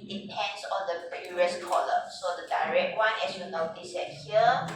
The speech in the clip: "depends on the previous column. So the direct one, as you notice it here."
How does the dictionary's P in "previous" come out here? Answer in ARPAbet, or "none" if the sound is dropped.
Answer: B